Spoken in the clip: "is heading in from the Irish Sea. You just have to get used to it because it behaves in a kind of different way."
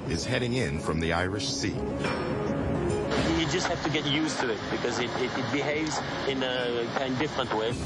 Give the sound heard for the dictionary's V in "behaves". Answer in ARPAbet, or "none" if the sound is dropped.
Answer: V